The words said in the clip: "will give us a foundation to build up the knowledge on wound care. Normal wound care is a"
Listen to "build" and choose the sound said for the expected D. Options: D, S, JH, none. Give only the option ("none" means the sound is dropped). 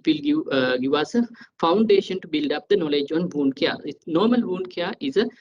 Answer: D